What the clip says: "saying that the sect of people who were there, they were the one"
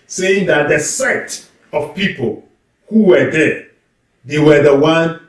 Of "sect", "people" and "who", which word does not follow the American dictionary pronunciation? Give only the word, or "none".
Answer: sect